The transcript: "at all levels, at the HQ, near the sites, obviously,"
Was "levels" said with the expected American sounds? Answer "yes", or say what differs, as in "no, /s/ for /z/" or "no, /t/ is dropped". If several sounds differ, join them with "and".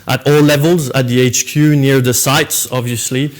yes